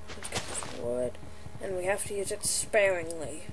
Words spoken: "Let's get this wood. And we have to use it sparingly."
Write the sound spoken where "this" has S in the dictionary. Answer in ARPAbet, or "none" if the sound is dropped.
none